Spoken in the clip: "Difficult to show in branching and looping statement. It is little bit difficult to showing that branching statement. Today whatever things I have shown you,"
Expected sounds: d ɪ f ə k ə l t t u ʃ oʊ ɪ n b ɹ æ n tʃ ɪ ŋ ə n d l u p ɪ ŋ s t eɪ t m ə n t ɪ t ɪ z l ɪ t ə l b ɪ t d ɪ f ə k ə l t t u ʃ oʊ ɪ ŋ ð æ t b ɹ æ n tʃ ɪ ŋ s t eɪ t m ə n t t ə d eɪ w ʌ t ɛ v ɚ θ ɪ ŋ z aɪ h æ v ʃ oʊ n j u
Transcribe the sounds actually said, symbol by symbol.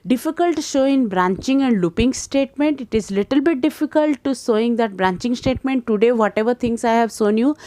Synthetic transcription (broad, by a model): d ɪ f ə k ə l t t u ʃ oʊ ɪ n b ɹ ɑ n tʃ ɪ ŋ ə n d l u p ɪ ŋ s t eɪ t m ə n t ɪ t ɪ z l ɪ t ə l b ɪ t d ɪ f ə k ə l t t u s oʊ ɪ ŋ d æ t b ɹ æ n tʃ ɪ ŋ s t eɪ t m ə n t t ə d eɪ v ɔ t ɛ v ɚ t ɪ ŋ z aɪ h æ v s oʊ n j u